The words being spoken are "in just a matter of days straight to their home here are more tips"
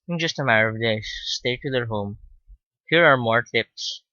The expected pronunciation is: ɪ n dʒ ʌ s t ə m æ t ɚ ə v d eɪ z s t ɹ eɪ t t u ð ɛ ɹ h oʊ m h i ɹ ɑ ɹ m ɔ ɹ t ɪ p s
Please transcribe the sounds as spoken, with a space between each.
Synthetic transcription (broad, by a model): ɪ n dʒ ʌ s t ə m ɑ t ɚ ə v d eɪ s t eɪ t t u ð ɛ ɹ h oʊ m h i ɹ ɑ ɹ m ɔ ɹ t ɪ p s